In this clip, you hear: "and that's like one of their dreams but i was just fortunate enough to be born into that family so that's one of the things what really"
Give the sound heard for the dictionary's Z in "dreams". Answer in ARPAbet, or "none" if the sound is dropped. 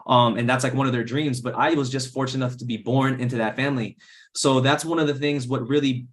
Z